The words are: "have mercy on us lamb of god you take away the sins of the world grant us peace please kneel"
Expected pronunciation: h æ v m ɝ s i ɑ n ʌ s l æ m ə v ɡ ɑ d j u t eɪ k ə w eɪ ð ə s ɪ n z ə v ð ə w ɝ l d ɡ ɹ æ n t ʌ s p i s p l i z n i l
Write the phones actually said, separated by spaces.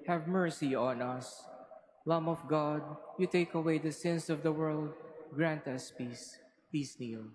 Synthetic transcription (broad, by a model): h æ v m ɝ s i ɑ n ʌ s l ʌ m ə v ɡ ɑ d j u t eɪ k ə w eɪ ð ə s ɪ n s ə v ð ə w ɝ l d ɡ ɹ æ n t ʌ s p i s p i s n i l